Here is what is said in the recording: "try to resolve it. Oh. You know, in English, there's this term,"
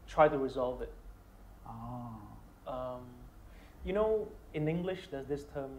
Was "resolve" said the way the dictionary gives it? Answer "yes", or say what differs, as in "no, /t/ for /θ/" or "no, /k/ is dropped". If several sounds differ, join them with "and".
yes